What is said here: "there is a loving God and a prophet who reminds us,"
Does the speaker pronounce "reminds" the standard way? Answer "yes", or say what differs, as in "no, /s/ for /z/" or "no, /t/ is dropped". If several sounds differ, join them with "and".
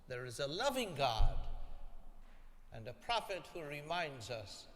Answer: yes